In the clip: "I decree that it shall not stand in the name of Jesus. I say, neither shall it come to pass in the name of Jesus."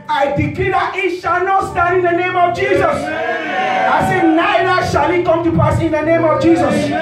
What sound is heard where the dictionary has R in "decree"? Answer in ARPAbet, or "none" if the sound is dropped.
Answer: L